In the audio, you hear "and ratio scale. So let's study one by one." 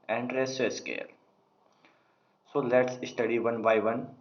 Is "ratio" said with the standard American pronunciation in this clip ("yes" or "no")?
no